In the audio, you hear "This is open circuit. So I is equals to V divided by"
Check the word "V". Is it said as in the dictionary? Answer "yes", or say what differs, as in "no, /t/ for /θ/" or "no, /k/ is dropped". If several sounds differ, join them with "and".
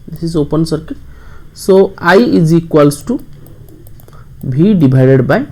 no, /b/ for /v/